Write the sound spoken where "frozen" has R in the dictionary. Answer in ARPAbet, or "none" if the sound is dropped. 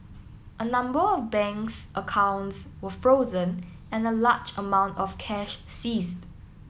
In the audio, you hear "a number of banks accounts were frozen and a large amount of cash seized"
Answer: R